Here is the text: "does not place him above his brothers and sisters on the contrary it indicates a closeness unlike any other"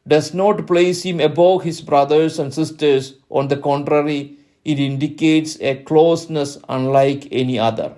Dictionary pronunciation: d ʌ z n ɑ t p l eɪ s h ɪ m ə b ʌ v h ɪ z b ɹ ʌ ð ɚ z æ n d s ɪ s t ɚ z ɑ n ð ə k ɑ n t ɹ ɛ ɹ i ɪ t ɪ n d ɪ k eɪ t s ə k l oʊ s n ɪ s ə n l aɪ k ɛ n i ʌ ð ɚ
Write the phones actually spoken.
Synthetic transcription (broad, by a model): d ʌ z n ɑ t p l eɪ s h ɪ m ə b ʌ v h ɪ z b ɹ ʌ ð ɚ s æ n d s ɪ s t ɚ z ɑ n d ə k ɑ n t ɹ ɛ ɹ i ɪ t ɪ n d ɪ k eɪ t s ə k l oʊ s n ɪ s ə n l aɪ k ɛ n i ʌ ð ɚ